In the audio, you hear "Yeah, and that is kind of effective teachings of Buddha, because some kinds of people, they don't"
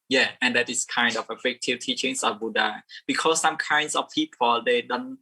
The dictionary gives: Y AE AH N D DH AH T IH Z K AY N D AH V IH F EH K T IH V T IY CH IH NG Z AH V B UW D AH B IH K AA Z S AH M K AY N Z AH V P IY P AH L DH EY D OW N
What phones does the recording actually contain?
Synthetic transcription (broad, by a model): Y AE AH N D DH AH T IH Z K AY N D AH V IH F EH K T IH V T IY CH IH NG S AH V B UW D AH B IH K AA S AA M K AY N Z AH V P IY P AH L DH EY D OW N